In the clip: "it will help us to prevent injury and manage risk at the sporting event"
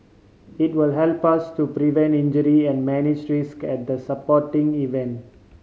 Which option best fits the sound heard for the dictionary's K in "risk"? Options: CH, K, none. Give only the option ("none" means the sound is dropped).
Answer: K